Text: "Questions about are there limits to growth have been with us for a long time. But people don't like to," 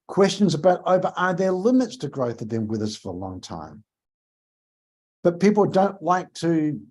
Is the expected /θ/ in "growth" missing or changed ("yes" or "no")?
no